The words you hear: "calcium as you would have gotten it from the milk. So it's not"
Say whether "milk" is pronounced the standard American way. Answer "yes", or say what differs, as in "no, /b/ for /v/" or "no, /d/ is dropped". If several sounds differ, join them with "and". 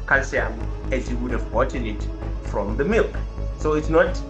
yes